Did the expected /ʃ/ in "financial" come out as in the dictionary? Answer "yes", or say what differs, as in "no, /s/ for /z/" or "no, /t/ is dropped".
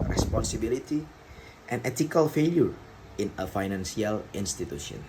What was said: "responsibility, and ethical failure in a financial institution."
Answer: no, /s/ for /ʃ/